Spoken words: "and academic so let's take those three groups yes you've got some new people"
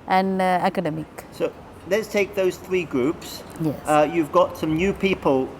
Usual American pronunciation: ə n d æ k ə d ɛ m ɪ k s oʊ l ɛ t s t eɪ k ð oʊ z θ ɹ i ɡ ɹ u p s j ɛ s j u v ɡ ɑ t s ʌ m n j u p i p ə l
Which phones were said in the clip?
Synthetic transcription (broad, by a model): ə n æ k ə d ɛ m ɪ k s oʊ l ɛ t s t eɪ k ð oʊ z θ ɹ i ɡ ɹ u p s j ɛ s j u v ɡ ɑ t s ʌ m n j u p i p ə l